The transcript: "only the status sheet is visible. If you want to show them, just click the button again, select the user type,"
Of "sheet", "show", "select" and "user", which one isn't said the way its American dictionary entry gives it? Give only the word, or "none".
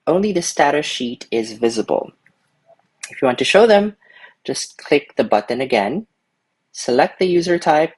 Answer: none